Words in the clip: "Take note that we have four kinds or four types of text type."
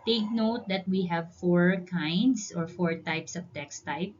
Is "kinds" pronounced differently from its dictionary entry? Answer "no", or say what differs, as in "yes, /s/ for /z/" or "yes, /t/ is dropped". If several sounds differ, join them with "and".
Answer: yes, /s/ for /z/